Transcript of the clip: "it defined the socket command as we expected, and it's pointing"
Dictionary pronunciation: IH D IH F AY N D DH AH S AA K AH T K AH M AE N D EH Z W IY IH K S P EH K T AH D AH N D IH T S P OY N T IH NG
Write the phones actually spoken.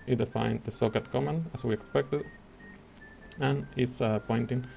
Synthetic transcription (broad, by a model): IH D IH F AY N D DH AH S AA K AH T K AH M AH N AA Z W IY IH K S P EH K T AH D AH N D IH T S P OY N T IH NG